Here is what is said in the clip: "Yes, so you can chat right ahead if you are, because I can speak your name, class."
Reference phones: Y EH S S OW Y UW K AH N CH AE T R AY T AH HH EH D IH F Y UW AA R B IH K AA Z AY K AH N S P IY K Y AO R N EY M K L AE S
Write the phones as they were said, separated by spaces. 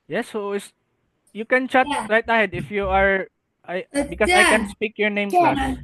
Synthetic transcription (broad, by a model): Y EH S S Y UW K AH N CH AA T R AY T AH HH EH D IH F Y UW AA R B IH K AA S AY K AH N S P IY K Y AO R N EY M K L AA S